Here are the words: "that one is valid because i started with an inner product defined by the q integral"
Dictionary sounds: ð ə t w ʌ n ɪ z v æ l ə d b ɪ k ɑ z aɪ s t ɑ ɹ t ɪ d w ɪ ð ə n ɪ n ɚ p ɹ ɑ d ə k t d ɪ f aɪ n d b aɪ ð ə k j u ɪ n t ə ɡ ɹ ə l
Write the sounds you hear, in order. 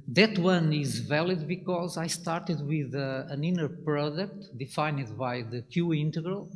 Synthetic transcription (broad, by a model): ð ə t w ʌ n ɪ z v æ l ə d b ɪ k ɑ z aɪ s t ɑ ɹ t ɪ d w ɪ ð ə n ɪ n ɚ p ɹ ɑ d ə k t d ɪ f aɪ n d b aɪ ð ə k j u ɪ n t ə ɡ ɹ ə l